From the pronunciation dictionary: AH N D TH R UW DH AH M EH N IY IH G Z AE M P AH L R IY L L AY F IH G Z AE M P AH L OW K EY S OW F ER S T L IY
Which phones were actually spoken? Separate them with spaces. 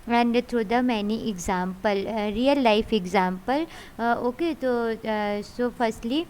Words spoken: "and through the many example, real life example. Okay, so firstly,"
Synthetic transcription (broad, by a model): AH N D T R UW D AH M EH N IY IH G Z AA M P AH L R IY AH L AY F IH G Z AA M P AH L OW K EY S OW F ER S T L IY